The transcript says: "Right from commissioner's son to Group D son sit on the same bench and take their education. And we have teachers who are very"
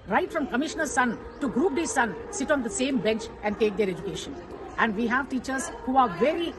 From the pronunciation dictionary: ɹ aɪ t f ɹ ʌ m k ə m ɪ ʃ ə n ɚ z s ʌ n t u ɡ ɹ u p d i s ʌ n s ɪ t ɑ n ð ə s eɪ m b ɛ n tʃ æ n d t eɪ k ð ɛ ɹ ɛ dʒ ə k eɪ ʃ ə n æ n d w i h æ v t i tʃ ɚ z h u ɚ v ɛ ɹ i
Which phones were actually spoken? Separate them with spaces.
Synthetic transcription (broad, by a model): ɹ aɪ t f ɹ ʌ m k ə m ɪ ʃ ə n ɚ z s ʌ n t u ɡ ɹ u p d i s ʌ n s ɪ t ɑ n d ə s eɪ m b ɛ n tʃ æ n d t eɪ k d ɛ ɹ ɛ dʒ ə k eɪ ʃ ə n æ n d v i h æ v t i tʃ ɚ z h u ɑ v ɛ ɹ i